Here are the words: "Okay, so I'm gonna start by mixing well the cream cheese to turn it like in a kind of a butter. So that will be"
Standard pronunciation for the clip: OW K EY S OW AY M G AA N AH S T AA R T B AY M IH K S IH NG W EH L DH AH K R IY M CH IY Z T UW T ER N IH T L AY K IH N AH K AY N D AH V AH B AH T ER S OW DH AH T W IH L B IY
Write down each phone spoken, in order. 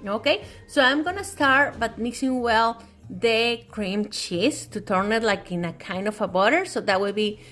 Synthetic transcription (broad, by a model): OW K EY S OW AY M G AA N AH S T AA R T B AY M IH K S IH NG W EH L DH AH K R IY M CH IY S T UW T ER N IH T L AY K IH N AH K AY N D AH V AH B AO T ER S OW DH AH T W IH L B IY